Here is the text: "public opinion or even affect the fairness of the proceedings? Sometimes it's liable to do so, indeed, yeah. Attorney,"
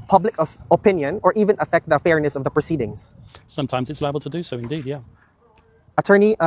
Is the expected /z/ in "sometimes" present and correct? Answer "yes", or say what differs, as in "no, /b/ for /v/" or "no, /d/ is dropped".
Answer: yes